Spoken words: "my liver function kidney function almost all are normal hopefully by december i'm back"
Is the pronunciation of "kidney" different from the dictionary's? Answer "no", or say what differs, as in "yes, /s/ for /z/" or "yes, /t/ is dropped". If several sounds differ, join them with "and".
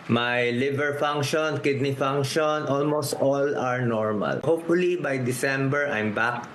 no